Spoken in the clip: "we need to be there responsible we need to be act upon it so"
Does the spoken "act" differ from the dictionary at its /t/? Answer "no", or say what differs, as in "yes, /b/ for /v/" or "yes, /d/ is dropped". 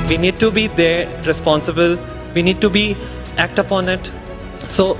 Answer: no